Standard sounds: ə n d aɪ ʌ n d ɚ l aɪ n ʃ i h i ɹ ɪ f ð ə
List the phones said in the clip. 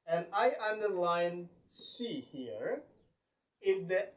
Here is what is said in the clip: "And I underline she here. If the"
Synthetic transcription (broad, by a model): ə n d aɪ ʌ n d ɚ l aɪ n s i h i ɹ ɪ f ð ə